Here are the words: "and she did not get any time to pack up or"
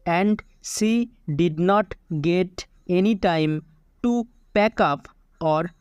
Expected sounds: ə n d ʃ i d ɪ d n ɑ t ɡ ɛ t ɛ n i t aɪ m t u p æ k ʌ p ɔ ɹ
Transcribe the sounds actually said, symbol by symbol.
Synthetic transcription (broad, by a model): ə n d s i d ɪ d n ɑ t ɡ ɛ t ɛ n i t aɪ m t u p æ k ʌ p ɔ ɹ